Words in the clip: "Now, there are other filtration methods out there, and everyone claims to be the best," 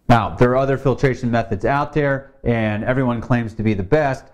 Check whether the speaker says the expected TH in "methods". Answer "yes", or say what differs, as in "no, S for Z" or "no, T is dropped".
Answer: yes